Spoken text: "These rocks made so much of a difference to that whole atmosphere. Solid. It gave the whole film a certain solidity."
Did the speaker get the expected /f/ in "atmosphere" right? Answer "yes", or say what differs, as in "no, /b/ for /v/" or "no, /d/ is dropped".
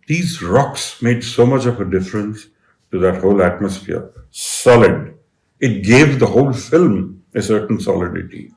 yes